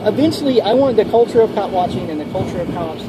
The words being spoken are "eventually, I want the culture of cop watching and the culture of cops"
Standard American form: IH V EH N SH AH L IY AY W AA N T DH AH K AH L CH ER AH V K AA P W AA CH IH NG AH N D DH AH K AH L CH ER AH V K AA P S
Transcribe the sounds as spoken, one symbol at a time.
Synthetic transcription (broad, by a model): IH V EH N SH L IY AY W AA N DH AH K AH L CH ER AH V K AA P W AA CH IH NG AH N DH AH K AH L CH ER AH V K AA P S